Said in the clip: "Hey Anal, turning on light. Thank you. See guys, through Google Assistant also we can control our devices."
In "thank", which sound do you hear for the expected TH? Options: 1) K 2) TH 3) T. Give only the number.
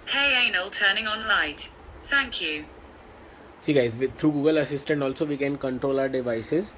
2